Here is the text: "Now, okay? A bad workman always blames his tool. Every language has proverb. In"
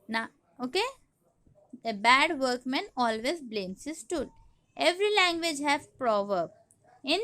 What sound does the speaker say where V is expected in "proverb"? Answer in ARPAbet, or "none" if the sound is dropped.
V